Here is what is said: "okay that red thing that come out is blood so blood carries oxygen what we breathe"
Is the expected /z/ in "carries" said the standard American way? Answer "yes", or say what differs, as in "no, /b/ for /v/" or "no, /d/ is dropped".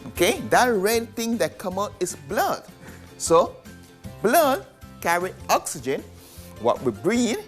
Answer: no, /z/ is dropped